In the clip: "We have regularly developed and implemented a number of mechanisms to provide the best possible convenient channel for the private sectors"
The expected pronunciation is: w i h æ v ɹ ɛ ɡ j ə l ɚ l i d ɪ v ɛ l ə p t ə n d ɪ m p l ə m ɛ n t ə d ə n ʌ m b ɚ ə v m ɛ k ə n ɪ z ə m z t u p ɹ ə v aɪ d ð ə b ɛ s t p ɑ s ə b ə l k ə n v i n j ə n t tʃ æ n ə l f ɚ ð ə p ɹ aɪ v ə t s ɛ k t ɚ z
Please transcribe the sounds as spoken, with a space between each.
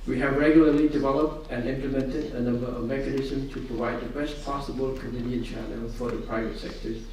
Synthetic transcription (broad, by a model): w i h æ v ɹ ɛ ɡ j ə l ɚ l i d ɪ v ɛ l ə p t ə n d ɪ m p l ə m ɛ n t ə d ə n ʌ m b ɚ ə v m ɛ k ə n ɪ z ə m s t u p ɹ ə v aɪ d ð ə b ɛ s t p ɑ s ə b ə l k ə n p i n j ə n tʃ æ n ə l f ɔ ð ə p ɹ aɪ v ə t s ɛ k t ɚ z